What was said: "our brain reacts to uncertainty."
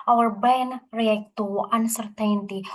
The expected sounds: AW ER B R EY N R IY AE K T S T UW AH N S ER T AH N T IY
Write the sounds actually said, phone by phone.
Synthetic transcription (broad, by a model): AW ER B EY N R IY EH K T T UW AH N S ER T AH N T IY